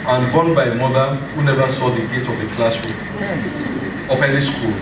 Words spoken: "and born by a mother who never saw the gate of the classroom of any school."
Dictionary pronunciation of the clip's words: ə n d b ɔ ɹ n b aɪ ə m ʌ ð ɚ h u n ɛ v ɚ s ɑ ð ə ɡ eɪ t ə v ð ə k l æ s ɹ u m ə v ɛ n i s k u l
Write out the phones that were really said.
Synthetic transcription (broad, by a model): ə n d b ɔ n b aɪ m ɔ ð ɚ h u n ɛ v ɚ s ɑ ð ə ɡ eɪ t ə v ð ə k l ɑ s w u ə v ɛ l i s k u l